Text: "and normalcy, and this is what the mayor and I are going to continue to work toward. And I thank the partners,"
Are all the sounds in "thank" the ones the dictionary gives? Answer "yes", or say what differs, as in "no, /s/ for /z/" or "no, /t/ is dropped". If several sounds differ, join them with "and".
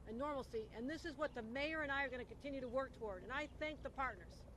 yes